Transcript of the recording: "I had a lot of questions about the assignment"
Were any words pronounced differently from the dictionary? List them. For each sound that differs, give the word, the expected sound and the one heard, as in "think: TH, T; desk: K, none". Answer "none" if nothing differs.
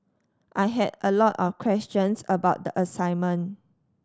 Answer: of: V, F; questions: Z, S; assignment: T, none